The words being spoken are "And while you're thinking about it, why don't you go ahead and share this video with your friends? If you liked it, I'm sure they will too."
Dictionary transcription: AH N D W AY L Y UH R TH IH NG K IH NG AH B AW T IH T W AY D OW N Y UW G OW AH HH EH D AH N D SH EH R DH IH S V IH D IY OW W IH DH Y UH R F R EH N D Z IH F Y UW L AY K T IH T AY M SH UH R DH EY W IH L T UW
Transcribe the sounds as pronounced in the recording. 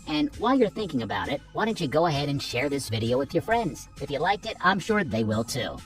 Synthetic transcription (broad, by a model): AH N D W AY L Y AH R TH IH NG K IH NG AH B AW T IH T W AY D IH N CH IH G OW AH HH EH D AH N SH EH R DH IH S V IH D IY OW W IH DH Y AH R F R EH N D Z IH F Y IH L AY K T IH T AY M SH UH R DH EY W IH L T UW